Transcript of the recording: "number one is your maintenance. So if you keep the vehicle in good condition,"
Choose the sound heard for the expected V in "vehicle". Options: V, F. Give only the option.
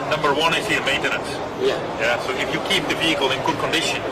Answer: V